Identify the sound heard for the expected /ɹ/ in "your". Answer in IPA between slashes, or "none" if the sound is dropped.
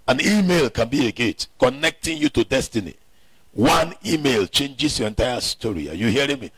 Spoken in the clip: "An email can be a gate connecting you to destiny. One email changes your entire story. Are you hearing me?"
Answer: /ɹ/